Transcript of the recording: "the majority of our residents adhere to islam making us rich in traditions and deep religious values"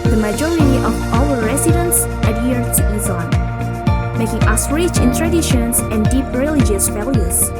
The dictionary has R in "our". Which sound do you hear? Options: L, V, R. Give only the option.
L